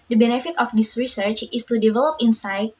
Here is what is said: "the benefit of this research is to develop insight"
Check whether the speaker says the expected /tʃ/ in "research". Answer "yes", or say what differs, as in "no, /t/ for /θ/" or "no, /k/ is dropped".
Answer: yes